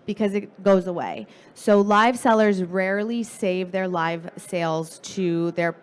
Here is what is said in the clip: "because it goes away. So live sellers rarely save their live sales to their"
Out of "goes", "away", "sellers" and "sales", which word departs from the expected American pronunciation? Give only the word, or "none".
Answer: none